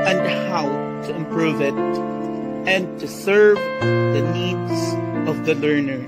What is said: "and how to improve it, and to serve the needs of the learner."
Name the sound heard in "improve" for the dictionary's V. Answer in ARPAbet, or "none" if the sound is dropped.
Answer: V